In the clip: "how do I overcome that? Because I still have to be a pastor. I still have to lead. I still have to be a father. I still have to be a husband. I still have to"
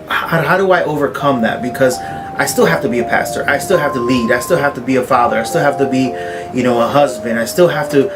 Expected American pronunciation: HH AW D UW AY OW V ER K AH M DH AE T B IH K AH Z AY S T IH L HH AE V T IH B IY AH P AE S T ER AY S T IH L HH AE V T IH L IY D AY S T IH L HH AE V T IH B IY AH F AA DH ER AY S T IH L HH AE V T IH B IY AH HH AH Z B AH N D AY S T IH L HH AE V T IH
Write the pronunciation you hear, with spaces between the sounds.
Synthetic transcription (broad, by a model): HH AW D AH AY OW V ER K AH M DH AE T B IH K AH Z AY S T IH L HH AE F T IH B IY AH P AE S T ER AY S T IH L HH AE F T IH L IY D AY S T IH L HH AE F T IH B IY AH F AA DH ER AY S T IH L HH AE F T IH B IY AH HH AH Z B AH N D AY S T IH L HH AE F T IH